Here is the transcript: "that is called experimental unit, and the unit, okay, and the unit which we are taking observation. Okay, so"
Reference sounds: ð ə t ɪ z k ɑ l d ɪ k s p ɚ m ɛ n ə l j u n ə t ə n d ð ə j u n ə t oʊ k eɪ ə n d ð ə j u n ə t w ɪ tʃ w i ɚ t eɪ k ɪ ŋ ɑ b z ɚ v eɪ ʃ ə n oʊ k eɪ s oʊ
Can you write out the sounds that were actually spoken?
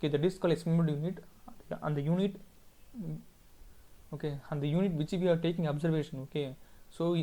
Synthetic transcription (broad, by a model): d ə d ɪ s k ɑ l ɪ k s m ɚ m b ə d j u n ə t ə n d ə j u n ə t oʊ k eɪ ə n d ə j u n ə t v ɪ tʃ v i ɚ t eɪ k ɪ ŋ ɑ b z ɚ v eɪ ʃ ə n oʊ k eɪ s oʊ